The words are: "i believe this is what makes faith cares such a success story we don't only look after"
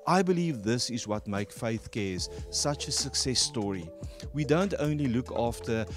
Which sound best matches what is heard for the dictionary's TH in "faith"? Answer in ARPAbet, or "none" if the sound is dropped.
TH